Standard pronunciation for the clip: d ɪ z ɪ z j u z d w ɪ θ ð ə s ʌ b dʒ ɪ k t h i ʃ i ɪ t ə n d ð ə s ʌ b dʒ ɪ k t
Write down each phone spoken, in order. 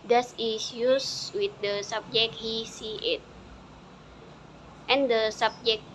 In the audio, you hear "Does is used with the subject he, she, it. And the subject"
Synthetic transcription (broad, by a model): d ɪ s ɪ s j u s w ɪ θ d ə s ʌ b dʒ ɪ k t h i s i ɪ t ə n d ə s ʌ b dʒ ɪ k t